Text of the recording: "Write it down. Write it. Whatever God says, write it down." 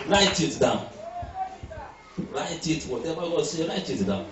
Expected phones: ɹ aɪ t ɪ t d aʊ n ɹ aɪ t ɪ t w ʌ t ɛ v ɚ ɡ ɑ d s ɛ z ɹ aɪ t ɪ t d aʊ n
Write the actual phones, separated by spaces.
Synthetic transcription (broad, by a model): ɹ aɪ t ɪ t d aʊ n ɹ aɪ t ɪ t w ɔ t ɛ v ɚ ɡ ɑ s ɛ ɹ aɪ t ɪ t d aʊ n